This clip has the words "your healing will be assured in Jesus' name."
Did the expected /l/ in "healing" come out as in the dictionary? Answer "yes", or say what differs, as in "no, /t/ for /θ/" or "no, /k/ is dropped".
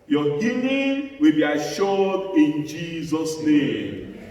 no, /n/ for /l/